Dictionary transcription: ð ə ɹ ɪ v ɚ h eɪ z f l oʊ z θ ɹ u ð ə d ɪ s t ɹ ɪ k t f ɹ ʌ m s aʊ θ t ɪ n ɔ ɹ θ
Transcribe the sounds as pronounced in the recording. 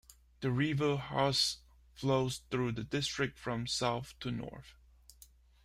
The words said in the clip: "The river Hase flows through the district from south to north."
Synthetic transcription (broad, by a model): ð ə ɹ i v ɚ h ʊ s f l oʊ z θ ɹ u ð ə d ɪ s t ɹ ɪ k t f ɹ ʌ m s aʊ θ t ɪ n ɔ ɹ θ